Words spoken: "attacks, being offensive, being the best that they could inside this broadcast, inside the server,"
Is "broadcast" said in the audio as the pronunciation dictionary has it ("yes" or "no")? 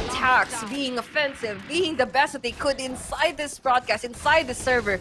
yes